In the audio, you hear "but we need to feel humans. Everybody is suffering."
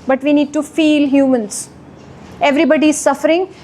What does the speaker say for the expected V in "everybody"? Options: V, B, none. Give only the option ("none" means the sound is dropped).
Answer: V